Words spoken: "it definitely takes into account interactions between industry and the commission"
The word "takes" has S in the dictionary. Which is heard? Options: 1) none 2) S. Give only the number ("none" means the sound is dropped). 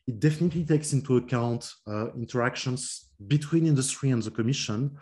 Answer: 2